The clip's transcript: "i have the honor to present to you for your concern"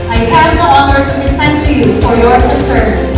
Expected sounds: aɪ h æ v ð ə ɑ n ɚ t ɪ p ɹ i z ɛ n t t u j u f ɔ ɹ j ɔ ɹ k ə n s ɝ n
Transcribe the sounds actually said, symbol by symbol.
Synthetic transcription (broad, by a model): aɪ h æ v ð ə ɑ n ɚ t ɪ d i s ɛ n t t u j u f ɔ ɹ j ɔ ɹ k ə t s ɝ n